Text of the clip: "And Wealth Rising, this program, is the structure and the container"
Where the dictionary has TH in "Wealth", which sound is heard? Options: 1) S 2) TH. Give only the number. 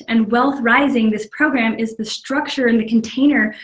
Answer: 2